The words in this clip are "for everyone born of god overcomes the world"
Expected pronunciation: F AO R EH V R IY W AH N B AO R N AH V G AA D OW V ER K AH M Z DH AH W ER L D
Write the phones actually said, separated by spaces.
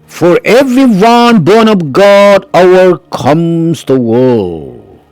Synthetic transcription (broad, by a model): F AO R EH V R IY W AH N B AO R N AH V G AA D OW W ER K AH M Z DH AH W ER L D